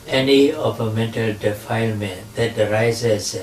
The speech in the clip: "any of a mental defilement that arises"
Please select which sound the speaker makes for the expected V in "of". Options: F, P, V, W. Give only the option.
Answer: P